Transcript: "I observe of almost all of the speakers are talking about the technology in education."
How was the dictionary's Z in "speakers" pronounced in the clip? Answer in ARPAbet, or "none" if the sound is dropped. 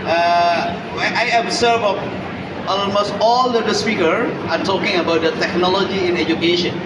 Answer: none